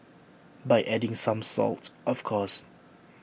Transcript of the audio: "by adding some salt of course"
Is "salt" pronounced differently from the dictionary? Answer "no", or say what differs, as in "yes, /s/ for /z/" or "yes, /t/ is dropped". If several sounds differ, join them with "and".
no